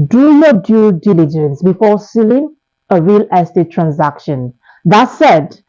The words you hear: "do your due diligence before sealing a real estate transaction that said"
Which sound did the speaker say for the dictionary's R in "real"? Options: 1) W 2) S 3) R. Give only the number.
3